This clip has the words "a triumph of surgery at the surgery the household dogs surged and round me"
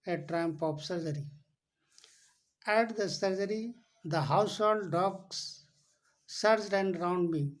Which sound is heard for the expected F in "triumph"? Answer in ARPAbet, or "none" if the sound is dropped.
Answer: P